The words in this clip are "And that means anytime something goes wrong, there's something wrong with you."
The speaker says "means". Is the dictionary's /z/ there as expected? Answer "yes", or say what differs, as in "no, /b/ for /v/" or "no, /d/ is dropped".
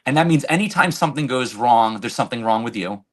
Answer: yes